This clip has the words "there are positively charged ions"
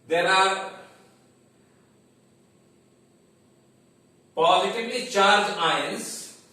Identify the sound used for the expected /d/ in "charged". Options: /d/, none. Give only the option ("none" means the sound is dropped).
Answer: none